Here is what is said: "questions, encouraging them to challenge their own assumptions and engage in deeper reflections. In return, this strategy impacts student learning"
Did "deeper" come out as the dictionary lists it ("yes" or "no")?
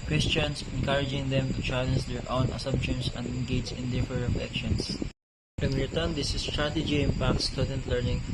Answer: no